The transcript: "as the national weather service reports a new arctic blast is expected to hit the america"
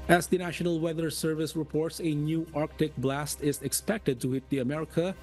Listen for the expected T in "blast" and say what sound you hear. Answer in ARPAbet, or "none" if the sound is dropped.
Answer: T